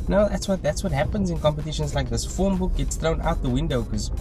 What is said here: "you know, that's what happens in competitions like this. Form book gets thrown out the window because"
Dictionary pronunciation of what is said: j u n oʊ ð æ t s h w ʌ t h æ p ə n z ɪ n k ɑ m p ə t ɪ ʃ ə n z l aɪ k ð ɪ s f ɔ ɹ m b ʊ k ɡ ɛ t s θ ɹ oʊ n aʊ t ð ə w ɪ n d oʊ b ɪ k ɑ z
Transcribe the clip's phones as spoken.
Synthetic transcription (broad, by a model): n oʊ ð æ t s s w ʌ t h æ p ə n z ɪ n k ɑ m p ə t ɪ ʃ ə n z l aɪ k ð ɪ s f ɔ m b ʊ k ɡ ɛ t s θ ɹ oʊ n aʊ t ð ə w ɪ n d oʊ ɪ k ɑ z